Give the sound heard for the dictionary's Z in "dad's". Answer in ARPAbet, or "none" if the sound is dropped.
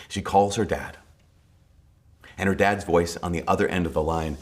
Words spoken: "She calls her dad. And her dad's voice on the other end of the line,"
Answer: Z